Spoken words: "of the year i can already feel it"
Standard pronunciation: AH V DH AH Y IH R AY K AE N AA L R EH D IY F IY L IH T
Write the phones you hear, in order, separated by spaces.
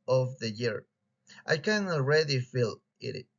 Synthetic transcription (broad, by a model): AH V DH AH Y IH R AY K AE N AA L R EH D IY F IY L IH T